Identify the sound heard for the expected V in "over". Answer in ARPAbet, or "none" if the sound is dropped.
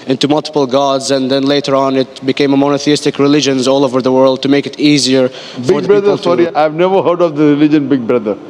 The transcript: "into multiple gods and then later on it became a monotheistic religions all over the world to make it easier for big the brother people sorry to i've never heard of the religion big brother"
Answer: V